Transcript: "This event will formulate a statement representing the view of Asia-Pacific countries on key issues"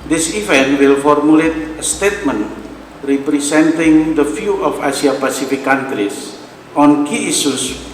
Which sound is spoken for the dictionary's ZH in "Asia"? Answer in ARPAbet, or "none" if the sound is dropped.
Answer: S